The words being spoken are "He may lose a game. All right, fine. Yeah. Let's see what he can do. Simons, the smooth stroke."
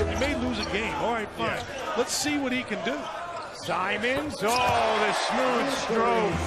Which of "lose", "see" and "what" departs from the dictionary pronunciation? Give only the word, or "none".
none